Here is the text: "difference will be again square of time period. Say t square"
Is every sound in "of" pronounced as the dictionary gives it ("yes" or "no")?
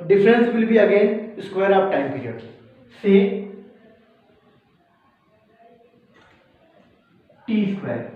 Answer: no